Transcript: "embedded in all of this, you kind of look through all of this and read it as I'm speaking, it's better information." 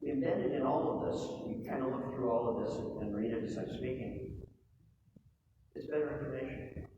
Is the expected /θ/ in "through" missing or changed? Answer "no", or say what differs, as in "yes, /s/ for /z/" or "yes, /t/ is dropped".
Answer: no